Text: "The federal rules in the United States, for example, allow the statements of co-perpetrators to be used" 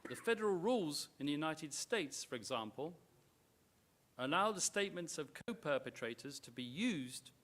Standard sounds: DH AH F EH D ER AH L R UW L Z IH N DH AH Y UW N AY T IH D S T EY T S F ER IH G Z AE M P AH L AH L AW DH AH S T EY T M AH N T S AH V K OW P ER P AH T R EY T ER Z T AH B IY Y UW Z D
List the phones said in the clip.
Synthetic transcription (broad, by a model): DH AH F EH D ER AH L R UW L Z IH N DH AH Y UW N AY T IH D S T EY T S F ER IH G Z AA M P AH L AH L AW DH AH S T EY T M AH N T S AH V K OW P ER P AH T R EY T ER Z T AH B IY Y UW Z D